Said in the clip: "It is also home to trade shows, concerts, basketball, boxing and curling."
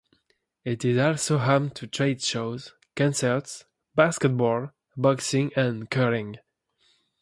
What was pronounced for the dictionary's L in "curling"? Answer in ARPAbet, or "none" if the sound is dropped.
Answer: none